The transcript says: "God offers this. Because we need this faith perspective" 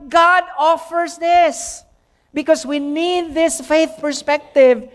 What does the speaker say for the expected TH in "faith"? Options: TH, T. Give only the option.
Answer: TH